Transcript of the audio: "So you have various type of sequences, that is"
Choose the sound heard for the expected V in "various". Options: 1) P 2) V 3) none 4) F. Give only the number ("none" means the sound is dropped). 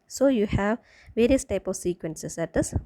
2